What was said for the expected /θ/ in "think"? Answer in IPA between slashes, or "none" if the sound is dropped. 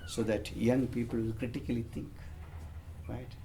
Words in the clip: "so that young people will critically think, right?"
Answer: /t/